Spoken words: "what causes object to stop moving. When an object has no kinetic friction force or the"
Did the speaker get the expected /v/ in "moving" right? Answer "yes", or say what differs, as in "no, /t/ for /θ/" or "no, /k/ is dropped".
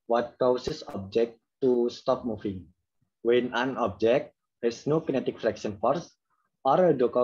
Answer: no, /f/ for /v/